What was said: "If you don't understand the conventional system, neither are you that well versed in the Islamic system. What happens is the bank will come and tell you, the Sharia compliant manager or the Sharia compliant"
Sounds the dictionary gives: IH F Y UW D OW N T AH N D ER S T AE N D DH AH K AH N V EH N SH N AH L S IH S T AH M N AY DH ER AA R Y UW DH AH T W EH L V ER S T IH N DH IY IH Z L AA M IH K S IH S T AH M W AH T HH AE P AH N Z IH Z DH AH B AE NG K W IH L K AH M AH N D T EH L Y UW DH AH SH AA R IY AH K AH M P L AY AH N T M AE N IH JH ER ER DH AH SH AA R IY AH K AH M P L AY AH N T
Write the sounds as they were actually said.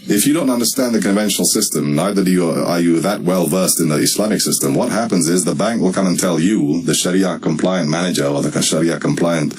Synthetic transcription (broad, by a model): IH F Y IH D OW N T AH N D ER S T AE N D DH AH K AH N V EH N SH N L S IH S T AH M N AY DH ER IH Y Y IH DH AH T W EH L V ER S T IH N DH IY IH S L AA M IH K S IH S T AH M W AH T HH AE P AH N Z IH Z DH AH B AE NG K W IH L K AH M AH N T EH L Y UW DH AH SH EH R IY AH K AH M P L AY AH N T M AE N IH JH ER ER DH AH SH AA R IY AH K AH M P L AY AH N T